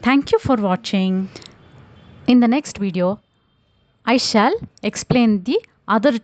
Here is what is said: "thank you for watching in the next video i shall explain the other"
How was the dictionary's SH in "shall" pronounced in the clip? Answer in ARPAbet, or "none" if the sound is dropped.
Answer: SH